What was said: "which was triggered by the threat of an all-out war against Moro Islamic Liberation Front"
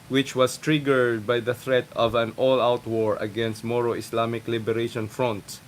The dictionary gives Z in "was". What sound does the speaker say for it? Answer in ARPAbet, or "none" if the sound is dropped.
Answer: S